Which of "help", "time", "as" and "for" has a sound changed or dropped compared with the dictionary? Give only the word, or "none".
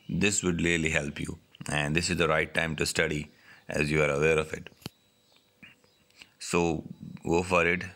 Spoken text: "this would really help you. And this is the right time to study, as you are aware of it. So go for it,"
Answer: none